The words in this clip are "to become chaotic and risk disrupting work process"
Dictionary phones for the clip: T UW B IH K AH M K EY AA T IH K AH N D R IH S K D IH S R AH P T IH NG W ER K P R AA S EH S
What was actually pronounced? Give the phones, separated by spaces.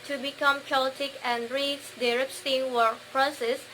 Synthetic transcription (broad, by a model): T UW B IH K AH M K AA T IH K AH N R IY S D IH R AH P T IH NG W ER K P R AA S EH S